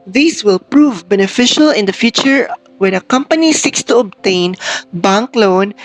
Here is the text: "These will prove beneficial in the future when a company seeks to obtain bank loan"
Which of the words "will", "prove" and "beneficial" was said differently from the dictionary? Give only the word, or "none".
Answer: none